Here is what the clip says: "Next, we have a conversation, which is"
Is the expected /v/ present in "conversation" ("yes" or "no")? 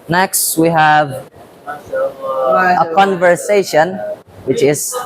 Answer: yes